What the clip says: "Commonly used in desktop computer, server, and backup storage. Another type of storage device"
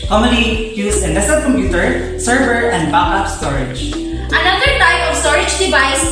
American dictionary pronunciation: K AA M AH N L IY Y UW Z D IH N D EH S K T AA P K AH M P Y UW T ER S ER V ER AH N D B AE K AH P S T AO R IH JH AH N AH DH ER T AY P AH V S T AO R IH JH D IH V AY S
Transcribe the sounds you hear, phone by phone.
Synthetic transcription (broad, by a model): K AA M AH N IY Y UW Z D IH N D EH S T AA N K AH M P Y UW T ER S ER V ER AH N D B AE AH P S T AO R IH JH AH N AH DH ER T AY P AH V S T AO R IH JH D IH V AY S